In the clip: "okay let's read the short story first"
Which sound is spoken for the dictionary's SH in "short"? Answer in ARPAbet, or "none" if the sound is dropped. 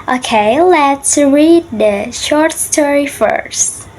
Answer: SH